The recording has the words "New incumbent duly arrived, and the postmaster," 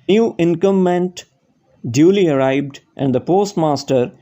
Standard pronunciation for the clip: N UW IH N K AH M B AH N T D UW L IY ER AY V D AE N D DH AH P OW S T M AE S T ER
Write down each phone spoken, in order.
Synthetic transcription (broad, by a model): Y UW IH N K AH M AH N T D UW L IY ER AY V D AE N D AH P OW S T M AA S T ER